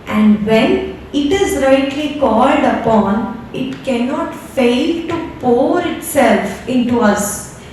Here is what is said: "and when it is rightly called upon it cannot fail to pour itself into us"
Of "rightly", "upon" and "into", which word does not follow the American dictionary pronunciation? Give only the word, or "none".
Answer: none